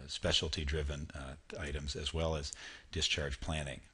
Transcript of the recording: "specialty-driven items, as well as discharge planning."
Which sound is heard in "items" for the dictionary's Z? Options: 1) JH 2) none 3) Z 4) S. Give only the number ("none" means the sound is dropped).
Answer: 3